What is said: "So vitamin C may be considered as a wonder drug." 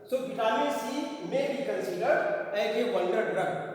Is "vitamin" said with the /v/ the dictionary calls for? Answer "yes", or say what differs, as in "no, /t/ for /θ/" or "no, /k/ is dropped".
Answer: no, /b/ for /v/